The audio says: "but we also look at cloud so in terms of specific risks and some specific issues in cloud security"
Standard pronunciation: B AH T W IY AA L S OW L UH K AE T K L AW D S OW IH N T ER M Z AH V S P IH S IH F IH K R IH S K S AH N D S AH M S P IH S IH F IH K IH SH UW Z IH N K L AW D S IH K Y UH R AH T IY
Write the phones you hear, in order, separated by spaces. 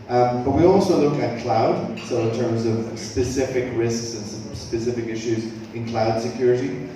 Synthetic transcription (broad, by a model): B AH T W IY AA L S OW L UH K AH T K L AW D S OW IH N T ER M Z AH V S P IH S IH F IH K R IH S K S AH N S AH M S P IH S IH F IH K IH SH UW Z IH N K L AW D S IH K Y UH R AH T IY